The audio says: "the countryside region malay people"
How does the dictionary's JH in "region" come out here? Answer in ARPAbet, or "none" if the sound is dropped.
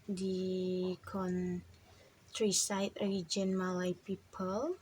JH